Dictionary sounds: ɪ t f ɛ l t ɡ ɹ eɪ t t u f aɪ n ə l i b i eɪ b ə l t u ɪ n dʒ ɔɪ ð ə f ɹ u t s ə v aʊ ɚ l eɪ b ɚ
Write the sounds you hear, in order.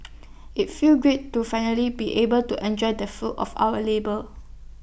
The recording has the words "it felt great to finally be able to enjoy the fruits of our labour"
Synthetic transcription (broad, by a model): ɪ t f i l ɡ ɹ eɪ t t u f aɪ n ə l i b i eɪ b ə l t u ɪ n dʒ ɔɪ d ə f u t ə f aʊ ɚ l eɪ b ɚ